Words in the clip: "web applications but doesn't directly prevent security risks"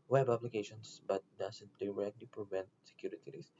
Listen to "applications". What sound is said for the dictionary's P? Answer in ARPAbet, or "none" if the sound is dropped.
B